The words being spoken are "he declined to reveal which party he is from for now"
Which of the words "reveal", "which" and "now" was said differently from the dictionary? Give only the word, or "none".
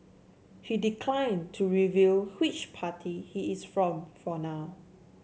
none